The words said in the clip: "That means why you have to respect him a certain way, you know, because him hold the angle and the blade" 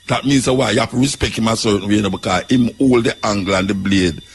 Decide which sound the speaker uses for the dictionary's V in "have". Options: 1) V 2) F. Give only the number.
2